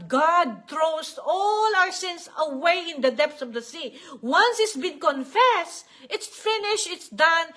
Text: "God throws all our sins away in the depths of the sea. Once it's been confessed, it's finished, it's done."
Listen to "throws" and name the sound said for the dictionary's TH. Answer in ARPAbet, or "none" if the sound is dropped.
T